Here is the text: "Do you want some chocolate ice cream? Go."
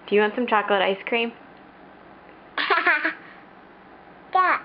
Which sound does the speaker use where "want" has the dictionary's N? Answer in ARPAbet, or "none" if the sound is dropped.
N